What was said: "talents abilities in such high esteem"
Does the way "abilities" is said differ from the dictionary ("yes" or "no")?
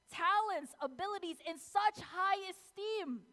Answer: no